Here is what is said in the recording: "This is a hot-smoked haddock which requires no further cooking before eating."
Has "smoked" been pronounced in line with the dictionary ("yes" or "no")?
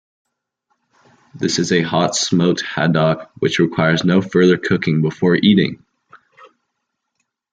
no